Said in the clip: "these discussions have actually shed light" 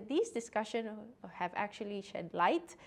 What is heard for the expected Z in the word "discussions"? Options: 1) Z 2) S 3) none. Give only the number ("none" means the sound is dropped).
3